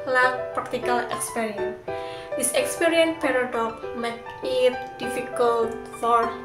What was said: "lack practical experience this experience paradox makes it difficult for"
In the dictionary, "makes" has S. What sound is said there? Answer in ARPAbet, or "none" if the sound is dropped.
none